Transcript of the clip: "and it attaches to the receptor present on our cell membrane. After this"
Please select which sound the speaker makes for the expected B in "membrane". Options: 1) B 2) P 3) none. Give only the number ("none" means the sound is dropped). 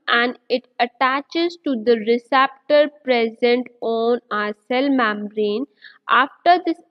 3